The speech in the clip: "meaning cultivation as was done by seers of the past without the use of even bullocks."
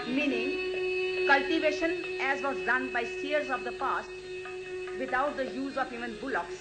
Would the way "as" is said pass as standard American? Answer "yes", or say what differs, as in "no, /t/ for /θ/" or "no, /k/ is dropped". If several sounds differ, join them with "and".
yes